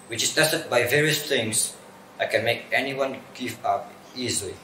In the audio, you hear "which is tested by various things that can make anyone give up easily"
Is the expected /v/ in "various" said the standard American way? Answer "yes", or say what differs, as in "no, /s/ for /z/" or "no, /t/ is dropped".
yes